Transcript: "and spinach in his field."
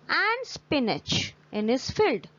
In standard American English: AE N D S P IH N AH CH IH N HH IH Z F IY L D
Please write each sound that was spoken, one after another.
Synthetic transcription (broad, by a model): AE N D S P IH N AH CH IH N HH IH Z F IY L D